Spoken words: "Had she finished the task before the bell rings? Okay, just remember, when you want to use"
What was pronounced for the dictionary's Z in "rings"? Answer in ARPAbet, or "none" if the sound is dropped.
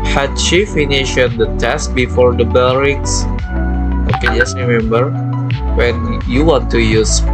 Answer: S